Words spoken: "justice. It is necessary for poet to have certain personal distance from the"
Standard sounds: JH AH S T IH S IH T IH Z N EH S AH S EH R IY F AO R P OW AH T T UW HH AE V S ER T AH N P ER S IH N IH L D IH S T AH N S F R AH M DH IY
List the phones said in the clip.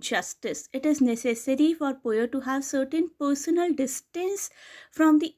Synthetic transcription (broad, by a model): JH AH S T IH S IH T IH Z N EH S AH S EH R IY F AO R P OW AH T T UW HH AE V S ER T AH N P ER S IH N IH L D IH S T AH N S F R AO M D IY